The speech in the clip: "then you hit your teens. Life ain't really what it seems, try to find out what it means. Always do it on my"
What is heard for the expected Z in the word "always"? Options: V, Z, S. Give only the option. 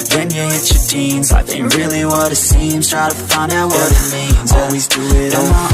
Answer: Z